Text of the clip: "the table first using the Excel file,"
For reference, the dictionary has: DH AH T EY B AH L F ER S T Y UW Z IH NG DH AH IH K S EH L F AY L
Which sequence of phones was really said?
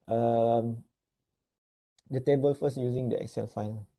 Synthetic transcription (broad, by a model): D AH T EY B AH L F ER S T Y UW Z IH NG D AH IH K S EH L F AY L